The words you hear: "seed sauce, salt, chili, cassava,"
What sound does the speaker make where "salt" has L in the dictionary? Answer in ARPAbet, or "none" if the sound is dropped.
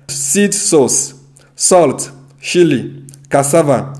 L